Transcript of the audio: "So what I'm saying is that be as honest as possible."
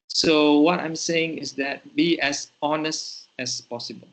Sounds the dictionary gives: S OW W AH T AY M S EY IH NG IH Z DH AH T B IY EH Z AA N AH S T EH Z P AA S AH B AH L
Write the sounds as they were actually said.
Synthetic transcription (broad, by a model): S OW W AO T AY M S EY IH NG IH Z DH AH T B IY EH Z AA N AH S T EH S P AA S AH B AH L